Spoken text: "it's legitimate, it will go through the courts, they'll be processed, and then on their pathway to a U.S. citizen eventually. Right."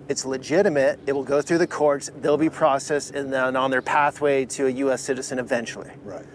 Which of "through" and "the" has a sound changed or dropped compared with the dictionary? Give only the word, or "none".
none